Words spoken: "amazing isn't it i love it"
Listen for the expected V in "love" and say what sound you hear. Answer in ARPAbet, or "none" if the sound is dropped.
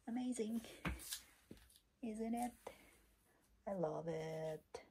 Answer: V